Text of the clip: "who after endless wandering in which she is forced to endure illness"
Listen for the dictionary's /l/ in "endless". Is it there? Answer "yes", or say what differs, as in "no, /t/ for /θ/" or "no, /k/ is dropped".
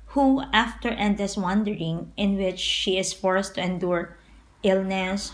no, /l/ is dropped